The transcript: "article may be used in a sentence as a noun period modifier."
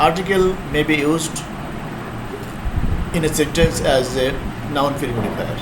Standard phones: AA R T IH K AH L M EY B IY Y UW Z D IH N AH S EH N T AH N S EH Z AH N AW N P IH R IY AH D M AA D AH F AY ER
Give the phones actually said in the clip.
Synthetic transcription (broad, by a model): AA R T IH K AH L M EY B IY Y UW Z D IH N AH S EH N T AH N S EH Z AH N AW N F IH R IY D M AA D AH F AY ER